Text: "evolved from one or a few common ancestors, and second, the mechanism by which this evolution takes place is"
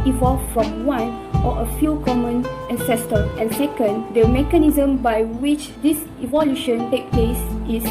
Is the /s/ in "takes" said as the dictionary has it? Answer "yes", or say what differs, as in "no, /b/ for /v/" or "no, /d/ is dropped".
no, /s/ is dropped